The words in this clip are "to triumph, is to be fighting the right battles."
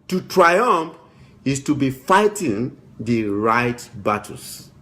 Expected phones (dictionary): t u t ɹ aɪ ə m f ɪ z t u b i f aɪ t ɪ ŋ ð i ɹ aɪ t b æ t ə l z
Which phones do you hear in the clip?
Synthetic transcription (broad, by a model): t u t ɹ aɪ ə m f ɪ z t u b i f aɪ t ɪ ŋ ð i ɹ aɪ t b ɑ t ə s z